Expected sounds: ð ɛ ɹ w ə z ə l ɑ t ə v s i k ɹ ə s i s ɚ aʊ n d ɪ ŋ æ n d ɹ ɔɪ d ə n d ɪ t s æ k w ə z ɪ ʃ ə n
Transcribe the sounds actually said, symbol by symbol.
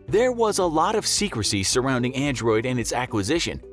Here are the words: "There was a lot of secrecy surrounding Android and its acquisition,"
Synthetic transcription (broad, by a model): ð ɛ ɹ w ə z ə l ɑ t ə v s i k ɹ ə s i s ɚ aʊ n d ɪ ŋ æ n d ɹ ɔɪ d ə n ɪ t s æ k w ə z ɪ ʃ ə n